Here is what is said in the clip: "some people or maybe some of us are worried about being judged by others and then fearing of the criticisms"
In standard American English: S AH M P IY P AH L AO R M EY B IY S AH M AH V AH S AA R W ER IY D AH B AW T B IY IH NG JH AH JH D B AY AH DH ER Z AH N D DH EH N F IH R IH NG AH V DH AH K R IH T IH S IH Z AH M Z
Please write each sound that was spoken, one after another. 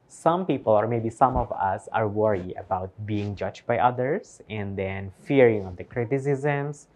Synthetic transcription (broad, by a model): S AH M P IY P AH L AO R M EY B IY S AH M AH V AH S AA R W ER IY AH B AW T B IY IH NG JH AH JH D B AY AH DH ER S AH N D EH N F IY R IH NG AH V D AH K R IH T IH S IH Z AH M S